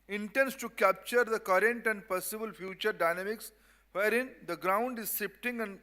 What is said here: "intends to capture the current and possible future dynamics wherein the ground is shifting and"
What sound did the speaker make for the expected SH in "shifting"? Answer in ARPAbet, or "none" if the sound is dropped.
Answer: S